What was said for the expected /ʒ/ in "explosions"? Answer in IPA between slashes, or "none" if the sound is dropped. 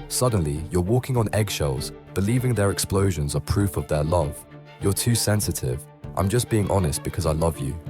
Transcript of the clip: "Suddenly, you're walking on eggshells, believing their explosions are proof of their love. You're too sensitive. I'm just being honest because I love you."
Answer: /ʒ/